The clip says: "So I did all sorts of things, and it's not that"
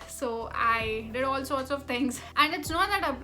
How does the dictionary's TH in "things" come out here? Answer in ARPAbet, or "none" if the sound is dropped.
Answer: T